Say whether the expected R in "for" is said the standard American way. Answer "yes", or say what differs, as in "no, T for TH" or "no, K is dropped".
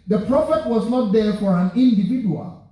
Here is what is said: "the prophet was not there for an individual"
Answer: yes